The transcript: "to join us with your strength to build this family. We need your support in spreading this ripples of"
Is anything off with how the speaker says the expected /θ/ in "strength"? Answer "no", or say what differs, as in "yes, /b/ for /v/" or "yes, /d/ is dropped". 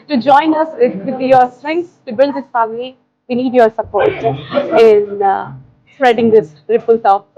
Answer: yes, /s/ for /θ/